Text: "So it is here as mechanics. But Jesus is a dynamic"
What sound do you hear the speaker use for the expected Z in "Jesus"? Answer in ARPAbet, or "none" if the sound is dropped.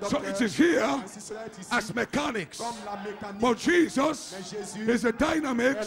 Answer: Z